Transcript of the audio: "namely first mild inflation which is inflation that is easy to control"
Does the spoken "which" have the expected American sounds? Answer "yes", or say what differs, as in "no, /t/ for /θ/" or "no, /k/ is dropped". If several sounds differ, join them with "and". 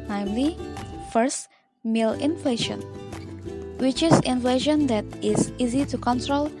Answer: yes